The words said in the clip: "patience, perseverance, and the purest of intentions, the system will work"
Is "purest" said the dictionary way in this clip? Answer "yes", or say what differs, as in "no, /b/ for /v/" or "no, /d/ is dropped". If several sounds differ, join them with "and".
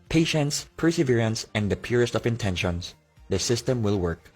yes